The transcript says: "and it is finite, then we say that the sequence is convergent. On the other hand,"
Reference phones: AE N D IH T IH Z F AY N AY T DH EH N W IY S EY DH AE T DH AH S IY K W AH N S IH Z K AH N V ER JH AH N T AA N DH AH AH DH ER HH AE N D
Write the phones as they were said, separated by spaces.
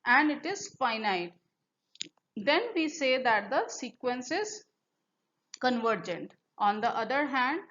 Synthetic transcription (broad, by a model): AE N D IH T IH Z F AY N AY T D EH N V IY S EY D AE T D AH S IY K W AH N S IH Z K AH N V ER JH AH N T AA N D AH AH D ER HH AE N D